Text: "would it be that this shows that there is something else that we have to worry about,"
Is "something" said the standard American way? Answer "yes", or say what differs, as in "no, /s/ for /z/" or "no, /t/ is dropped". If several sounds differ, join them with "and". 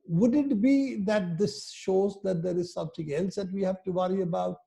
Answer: no, /t/ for /θ/